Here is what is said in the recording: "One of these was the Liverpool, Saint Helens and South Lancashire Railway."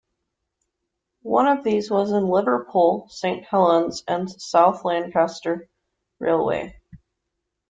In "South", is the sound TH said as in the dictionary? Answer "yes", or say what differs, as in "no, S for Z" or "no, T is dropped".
yes